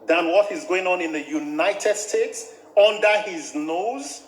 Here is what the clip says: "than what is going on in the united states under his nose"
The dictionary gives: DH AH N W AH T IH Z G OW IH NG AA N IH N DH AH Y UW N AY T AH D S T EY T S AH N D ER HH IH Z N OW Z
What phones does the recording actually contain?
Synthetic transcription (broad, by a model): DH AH N W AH T IH Z G OW IH NG AA N IH N DH AH Y UW N AY T AH D S T EY T S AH N D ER HH IH Z N OW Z